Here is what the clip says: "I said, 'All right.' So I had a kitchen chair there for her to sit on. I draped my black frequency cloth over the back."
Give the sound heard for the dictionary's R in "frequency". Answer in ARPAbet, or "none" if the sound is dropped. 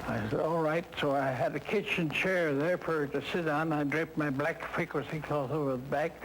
none